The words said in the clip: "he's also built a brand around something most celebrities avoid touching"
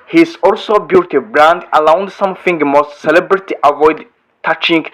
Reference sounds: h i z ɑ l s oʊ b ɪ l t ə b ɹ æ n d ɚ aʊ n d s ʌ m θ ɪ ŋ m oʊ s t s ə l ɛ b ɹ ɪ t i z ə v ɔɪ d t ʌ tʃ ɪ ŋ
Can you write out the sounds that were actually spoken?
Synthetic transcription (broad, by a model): h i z ɑ l s oʊ b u t ə b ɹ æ n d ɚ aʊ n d s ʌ m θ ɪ ŋ m oʊ s t s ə l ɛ b ɹ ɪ t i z ə v ɔɪ d t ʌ tʃ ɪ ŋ